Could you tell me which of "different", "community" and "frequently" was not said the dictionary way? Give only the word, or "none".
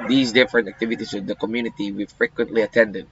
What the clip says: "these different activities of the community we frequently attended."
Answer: none